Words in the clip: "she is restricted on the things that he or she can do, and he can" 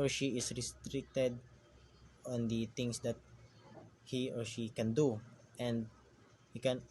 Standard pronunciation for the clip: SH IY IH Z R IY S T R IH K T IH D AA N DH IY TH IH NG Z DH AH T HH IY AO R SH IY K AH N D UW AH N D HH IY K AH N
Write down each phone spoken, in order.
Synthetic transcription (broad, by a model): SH IY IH S R IY S T R IH K T IH D AA N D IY T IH NG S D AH T HH IY AO R SH IY K AH N D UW AH N D HH IY K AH N